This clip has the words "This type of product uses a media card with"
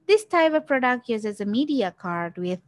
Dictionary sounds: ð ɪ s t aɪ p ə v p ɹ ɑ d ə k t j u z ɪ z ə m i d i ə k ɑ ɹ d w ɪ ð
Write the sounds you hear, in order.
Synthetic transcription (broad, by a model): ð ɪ s t aɪ p ə v p ɹ ɑ d ə k t j u z ɪ z ə m i d i ə k ɑ ɹ d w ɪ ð